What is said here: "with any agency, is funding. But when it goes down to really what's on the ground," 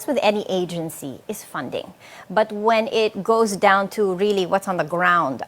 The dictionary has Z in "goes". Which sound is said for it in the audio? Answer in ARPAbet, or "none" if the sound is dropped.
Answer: Z